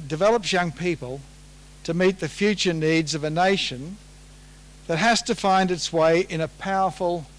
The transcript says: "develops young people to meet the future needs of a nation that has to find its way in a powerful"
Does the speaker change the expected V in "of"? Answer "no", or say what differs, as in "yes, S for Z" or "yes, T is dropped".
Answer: no